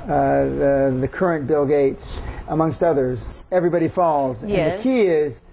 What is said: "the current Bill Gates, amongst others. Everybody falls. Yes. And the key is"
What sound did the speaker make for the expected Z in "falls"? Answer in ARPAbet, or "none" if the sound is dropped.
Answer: Z